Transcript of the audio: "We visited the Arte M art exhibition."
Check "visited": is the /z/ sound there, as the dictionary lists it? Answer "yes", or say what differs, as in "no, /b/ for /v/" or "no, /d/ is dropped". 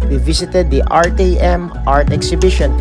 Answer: no, /s/ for /z/